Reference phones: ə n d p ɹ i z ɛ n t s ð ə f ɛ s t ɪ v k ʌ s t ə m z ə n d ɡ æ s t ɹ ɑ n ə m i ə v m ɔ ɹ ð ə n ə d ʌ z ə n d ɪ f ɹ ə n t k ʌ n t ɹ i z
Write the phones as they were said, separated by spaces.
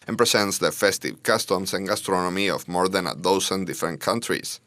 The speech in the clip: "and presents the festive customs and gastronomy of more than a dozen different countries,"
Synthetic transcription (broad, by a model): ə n p ɹ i s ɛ n t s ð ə f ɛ s t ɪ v k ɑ s t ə m s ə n ɡ æ s t ɹ ɑ n ə m i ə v m ɔ ɹ ð ə n ə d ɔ s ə n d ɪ f ɹ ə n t k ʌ n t ɹ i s